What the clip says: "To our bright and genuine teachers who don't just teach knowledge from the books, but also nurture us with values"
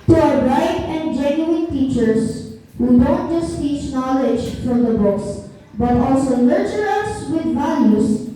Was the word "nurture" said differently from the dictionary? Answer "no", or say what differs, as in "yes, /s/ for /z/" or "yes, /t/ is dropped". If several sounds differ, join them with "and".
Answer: yes, /l/ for /n/